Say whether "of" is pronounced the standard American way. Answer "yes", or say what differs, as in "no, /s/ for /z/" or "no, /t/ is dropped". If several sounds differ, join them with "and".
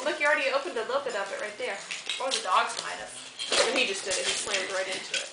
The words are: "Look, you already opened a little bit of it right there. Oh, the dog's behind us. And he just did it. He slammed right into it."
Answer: no, /p/ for /v/